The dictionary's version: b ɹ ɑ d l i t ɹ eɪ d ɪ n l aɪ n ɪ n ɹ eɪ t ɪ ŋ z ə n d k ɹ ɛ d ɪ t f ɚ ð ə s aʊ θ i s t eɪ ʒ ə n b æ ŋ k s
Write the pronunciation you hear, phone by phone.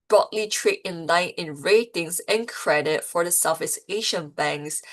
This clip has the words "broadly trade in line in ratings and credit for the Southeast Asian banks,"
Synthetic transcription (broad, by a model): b ɹ ɑ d l i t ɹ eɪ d ɪ n l aɪ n ɪ n ɹ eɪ t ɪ ŋ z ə n k ɹ ɛ d ɪ t f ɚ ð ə s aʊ f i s eɪ ʃ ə n b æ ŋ k s